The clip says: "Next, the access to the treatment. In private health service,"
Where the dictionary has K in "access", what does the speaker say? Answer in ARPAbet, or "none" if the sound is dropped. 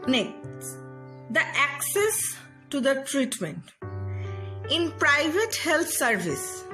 K